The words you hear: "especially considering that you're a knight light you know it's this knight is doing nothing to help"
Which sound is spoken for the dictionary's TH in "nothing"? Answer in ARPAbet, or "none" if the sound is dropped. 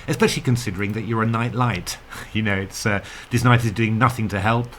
TH